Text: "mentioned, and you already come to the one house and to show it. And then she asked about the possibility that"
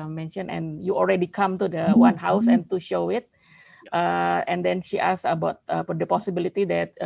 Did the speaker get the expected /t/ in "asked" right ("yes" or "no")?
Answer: no